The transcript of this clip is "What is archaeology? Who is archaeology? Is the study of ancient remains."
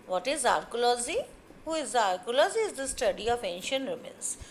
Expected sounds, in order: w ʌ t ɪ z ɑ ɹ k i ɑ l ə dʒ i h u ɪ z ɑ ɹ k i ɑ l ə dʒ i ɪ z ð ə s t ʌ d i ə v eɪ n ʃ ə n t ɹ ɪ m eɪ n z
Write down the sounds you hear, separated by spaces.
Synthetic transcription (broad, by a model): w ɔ t ɪ z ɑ ɹ k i l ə z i h u ɪ z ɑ ɹ k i l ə z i ɪ z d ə s t ʌ d i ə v eɪ n ʃ ə n t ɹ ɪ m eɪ n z